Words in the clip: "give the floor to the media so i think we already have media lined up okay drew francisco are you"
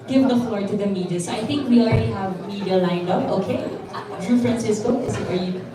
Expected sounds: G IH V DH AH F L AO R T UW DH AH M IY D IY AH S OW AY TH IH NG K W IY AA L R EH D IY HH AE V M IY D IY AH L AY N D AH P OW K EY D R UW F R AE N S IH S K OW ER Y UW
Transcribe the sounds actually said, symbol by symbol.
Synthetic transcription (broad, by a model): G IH V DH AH F L AO R T UW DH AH M IY D IY AH S OW AY TH IH NG K W IY AA L R EH D IY HH AE V M IY D IY AH L AY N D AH OW K EY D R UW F R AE N S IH S K OW ER Y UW